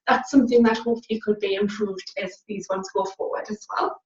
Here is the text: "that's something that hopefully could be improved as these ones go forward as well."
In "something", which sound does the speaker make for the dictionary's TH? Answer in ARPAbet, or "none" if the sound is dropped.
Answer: TH